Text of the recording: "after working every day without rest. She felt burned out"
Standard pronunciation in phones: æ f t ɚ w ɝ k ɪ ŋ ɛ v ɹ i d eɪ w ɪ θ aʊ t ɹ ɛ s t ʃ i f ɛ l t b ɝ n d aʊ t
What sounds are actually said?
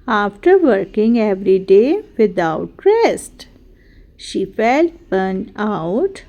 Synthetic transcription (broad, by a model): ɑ f t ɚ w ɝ k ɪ ŋ ɛ v ɹ i d eɪ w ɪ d aʊ t ɹ ɛ s t ʃ i f ɛ l t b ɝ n aʊ t